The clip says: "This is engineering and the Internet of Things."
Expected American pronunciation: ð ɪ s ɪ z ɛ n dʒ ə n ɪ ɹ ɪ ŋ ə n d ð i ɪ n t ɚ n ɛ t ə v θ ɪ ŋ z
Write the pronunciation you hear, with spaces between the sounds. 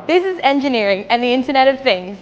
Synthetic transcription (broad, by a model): ð ɪ s ɪ z ɛ n dʒ ə n ɪ ɹ ɪ ŋ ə n ð i ɪ n t ɚ n ɛ t ə v θ ɪ ŋ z